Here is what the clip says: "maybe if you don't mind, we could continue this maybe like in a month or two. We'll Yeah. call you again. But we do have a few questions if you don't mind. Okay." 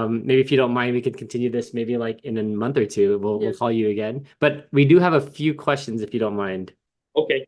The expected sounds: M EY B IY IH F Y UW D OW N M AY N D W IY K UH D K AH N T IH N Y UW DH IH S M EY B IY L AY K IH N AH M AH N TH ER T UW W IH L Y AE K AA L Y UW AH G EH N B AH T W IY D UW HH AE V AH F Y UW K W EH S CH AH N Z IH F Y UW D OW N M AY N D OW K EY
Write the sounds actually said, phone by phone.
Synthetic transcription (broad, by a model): M EY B IY IH F Y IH D OW N M AY N D W IY K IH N K N T IH N Y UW DH IH S M EY B IY L AY K IH N AH M AH N TH ER T UW W IH L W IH K AA L Y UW AH G EH N B AH T W IY D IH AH V AH F Y UW K W EH S CH AH N Z IH F Y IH D OW N M AY N D OW K EY